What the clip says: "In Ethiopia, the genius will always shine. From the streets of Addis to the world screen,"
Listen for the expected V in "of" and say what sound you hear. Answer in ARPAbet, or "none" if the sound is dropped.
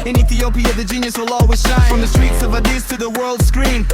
V